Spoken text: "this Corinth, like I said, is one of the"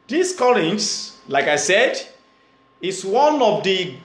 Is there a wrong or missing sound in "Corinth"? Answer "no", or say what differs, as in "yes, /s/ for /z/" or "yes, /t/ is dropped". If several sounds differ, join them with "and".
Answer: yes, /l/ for /ɹ/